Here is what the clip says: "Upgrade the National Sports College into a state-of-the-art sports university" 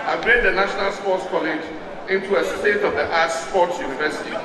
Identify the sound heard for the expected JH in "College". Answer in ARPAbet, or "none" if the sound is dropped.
JH